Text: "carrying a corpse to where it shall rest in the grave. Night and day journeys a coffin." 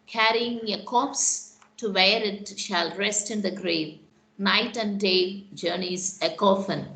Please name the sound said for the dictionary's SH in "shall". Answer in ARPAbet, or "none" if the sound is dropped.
SH